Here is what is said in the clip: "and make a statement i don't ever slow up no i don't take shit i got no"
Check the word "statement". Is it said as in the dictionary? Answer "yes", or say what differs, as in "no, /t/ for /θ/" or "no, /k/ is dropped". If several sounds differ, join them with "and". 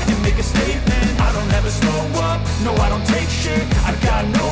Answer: yes